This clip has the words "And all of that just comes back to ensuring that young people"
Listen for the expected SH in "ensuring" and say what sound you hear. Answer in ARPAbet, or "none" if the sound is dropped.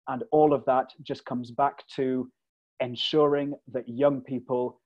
SH